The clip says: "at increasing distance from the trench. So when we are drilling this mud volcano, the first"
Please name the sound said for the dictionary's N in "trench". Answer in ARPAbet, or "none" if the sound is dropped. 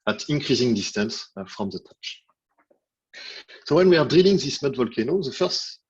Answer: none